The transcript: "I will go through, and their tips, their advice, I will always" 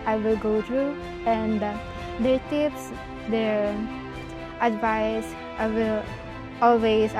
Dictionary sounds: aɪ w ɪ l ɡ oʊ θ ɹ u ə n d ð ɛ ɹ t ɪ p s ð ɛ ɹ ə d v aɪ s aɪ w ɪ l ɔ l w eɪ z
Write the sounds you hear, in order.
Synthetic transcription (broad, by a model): aɪ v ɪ l ɡ oʊ t ɹ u ə n d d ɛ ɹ t ɪ p s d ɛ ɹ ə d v aɪ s aɪ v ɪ l ɔ l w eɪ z